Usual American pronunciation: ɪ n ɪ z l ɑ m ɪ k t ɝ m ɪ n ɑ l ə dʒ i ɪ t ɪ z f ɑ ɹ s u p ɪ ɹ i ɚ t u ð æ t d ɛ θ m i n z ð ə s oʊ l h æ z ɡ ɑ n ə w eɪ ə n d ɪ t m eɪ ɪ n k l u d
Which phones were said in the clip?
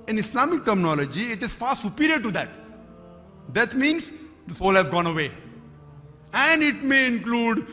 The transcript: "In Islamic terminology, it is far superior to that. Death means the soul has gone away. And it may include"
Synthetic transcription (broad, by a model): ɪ n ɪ s l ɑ m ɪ k t ɝ m ɪ n ɑ l ə dʒ i ɪ t ɪ z f ɑ ɹ s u p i ɹ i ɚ t u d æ t d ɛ t m i n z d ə s oʊ l h æ z ɡ ɑ n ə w eɪ ə n d ɪ t m eɪ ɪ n k l u d